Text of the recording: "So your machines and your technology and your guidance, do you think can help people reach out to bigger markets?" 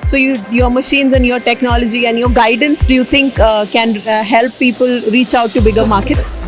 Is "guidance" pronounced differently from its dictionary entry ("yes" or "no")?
no